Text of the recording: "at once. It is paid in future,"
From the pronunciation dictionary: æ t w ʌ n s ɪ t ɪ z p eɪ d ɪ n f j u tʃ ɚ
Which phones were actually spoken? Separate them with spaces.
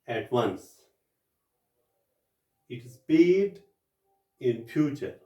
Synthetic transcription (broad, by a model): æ t w ʌ n s ɪ t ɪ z b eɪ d ɪ n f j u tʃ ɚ